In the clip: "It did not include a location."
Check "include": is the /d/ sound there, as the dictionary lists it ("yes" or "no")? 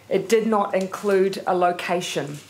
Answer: yes